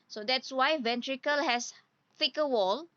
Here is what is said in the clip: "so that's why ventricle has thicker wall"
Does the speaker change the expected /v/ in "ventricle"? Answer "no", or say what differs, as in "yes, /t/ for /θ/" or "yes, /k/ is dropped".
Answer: no